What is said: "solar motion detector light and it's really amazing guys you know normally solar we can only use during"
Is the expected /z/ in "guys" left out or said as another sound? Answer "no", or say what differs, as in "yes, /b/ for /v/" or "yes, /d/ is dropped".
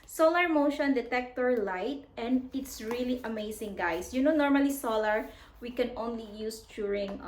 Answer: yes, /s/ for /z/